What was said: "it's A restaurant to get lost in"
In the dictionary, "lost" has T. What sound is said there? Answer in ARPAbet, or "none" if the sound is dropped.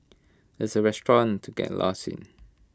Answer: none